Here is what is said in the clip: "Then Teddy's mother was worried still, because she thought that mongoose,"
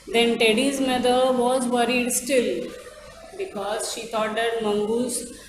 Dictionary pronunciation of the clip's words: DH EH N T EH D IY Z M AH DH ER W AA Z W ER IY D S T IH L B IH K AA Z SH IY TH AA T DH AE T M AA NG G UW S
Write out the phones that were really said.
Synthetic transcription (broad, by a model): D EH N T EH D IY Z M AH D ER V AA Z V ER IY D S T IH L B IH K AA Z SH IY T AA T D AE T M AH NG G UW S